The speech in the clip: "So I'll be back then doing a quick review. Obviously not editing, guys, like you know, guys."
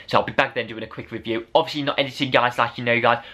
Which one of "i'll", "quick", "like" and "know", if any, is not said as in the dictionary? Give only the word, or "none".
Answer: none